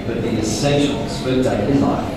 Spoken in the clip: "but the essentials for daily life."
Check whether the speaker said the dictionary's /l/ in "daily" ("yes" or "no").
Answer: no